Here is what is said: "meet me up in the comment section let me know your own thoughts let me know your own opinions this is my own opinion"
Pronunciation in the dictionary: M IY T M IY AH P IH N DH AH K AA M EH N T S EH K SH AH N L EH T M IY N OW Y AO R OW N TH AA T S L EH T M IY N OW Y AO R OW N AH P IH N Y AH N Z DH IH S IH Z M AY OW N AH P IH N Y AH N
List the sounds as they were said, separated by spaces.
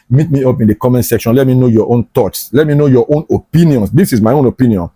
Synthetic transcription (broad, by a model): M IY T M IY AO P IH N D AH K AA M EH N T S EH K SH AH N L EH T M IY N OW Y AO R OW N T AA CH S L EH T M IY N OW Y AO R OW N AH P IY N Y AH N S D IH S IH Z M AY OW N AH P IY N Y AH N